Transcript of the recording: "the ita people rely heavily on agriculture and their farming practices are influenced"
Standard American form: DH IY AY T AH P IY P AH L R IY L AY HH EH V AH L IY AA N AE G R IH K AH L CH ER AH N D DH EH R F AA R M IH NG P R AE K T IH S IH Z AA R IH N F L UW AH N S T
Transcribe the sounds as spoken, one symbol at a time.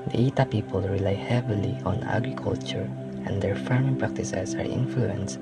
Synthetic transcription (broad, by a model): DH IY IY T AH P IY P AH L R IY L AY HH EH V AH L IY AA N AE G R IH K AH L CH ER AH N D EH R F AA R M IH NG P R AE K T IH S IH S AA R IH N F L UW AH N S